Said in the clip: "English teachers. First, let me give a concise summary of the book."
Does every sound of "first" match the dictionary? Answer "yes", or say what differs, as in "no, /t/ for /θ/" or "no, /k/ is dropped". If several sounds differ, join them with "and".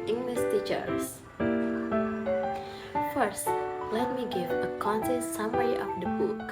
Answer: yes